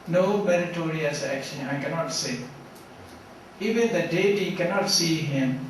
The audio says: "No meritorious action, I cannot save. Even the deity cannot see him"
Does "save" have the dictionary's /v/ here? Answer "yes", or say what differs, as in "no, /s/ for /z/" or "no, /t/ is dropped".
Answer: no, /v/ is dropped